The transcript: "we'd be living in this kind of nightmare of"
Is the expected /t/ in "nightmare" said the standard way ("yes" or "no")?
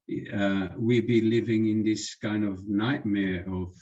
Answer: yes